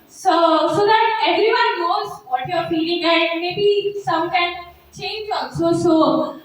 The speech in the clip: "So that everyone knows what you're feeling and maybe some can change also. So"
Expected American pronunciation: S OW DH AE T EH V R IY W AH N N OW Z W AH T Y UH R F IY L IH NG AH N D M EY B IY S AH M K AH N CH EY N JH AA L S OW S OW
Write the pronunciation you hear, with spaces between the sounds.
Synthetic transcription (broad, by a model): S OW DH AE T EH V R IY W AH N N OW Z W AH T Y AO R F IY L IH NG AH M EY B IY S AH M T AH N CH EY N JH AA N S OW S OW